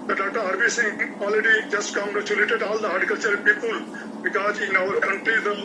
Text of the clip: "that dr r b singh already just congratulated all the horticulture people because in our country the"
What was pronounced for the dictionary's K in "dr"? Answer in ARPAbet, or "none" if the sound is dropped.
none